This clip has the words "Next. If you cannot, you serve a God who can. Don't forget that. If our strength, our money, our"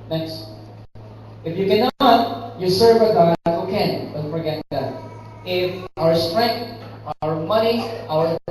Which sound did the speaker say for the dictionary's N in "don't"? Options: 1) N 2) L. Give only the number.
2